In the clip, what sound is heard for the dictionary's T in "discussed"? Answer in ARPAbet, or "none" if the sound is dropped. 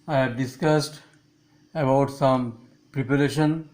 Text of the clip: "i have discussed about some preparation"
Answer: T